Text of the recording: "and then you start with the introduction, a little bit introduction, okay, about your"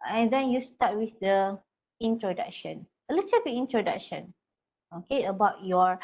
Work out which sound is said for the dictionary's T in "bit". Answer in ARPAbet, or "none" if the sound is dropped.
none